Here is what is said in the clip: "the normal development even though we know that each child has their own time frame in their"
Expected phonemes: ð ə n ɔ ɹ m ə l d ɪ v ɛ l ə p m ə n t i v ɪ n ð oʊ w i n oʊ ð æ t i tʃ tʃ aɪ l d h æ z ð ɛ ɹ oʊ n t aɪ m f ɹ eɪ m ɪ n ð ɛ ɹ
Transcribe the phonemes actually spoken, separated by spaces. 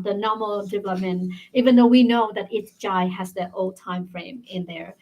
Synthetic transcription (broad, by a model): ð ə n ɔ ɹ m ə l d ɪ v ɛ l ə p m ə n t i v ɪ n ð oʊ w i n oʊ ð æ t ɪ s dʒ aɪ h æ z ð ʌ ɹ oʊ l t aɪ m f ɹ eɪ m ɪ n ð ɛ ɹ